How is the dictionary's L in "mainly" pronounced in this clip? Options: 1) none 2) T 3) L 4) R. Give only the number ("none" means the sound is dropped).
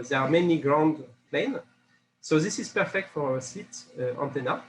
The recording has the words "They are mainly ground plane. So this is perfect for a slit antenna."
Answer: 1